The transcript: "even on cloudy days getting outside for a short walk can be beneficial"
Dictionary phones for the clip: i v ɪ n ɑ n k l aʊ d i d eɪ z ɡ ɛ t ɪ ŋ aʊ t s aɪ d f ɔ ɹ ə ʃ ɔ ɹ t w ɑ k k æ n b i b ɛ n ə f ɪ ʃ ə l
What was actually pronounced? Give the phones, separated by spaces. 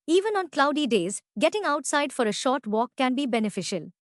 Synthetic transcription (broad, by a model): i v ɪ n ɑ n k l aʊ d i d eɪ z ɡ ɛ t ɪ ŋ aʊ t s aɪ d f ɔ ɹ ə ʃ ɔ ɹ t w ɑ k k æ n b i b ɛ n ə f ɪ ʃ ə l